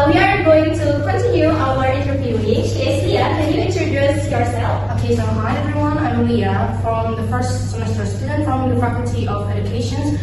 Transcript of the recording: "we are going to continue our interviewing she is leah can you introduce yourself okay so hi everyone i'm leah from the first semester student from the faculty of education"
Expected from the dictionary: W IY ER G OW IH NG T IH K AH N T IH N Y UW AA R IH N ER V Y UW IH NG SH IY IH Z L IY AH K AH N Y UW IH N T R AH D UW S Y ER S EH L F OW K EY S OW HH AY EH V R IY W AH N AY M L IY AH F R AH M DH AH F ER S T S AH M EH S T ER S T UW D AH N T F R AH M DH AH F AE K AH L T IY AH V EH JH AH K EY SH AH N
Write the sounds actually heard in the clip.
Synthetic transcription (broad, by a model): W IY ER G OW IH NG T IH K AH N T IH Y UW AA W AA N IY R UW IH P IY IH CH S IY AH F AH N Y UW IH N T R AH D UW S Y ER S EH L F OW K EY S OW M AY EH V R IY W AH N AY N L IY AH F R AH M DH AH F ER S T S AH M EH S T ER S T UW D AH N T F R AH M DH AH F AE K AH L T IY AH V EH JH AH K EY SH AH N